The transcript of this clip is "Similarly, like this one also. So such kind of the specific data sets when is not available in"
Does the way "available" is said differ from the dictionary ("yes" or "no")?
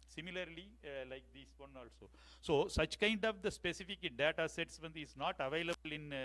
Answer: no